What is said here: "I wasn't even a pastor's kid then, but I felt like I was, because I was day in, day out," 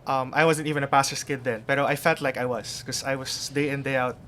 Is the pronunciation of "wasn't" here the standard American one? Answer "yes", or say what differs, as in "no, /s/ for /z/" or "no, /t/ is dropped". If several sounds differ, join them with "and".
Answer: yes